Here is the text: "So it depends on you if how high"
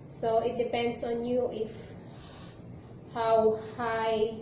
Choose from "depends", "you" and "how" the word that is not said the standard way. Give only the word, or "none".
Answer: depends